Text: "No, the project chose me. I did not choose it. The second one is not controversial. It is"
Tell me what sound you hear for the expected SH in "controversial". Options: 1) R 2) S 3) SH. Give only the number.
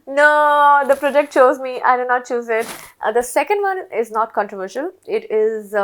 3